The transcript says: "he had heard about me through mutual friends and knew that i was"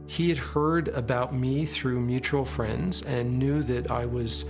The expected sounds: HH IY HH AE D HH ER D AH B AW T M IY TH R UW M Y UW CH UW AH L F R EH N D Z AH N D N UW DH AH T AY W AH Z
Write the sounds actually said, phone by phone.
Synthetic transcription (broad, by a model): HH IY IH D HH ER D AH B AW T M IY TH R UW M Y UW CH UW L F R EH N D Z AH N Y UW DH AH T AY W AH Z